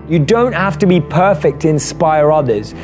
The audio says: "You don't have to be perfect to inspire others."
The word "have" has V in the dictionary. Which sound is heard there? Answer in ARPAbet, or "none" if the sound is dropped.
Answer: F